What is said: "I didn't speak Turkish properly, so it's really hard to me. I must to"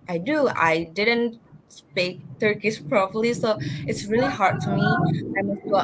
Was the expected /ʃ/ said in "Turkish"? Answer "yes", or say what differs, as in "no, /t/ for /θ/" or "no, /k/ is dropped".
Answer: no, /s/ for /ʃ/